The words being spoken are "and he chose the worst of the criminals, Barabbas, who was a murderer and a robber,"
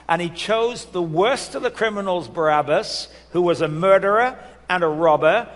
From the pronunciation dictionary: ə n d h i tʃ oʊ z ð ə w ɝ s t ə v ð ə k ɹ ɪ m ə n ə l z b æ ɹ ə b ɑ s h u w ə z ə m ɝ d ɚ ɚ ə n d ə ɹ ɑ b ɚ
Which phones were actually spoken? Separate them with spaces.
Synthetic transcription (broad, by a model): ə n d i tʃ oʊ z ð ə w ɝ s t ə v ð ə k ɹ ɪ m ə n l z b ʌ ɹ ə b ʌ s h u w ə z ə m ɝ d ɚ ɚ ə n ə ɹ ɑ b ɚ